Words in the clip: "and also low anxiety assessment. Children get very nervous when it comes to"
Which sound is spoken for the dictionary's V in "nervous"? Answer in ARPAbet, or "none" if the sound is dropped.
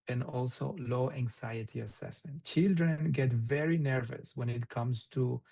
V